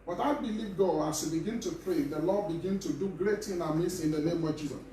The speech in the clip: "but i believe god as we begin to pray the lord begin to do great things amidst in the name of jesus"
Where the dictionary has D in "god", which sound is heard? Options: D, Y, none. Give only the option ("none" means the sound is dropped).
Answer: none